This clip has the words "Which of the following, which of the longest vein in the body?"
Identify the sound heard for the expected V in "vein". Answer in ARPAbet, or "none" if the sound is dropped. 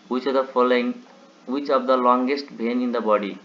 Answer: B